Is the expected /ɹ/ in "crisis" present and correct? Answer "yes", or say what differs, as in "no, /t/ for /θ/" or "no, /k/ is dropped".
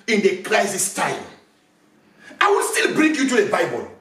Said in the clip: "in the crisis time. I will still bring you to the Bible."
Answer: no, /l/ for /ɹ/